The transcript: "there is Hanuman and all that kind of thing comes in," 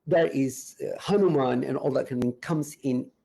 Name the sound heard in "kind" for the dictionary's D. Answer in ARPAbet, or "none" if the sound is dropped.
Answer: none